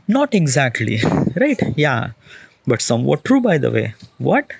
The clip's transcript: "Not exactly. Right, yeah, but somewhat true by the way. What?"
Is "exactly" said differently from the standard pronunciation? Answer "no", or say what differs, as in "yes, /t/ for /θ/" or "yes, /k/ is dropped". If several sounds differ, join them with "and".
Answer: no